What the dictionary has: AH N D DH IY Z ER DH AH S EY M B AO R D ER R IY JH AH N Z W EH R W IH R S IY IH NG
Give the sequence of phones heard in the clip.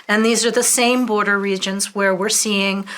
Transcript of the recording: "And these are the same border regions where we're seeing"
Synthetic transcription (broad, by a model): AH N DH IY Z ER DH AH S EY M B AO R D ER R IY JH AH N Z W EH R W IH R S IY IH NG